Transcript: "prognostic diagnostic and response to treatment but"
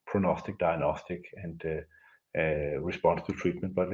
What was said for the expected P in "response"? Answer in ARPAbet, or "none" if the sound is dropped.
P